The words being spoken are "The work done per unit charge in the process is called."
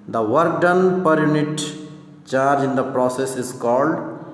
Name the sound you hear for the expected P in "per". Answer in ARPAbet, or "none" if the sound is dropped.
P